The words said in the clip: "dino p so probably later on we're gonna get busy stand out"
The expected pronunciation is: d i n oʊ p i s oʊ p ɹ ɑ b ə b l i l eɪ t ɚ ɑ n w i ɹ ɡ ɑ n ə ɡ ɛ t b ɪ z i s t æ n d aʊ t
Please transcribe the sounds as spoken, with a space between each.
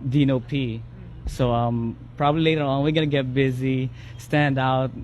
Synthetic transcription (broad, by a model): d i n oʊ p i s oʊ p ɹ ɑ b ə b l i l eɪ t ɚ ɑ n w i ɹ ɡ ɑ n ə ɡ ɛ t b ɪ z i s t æ n d aʊ t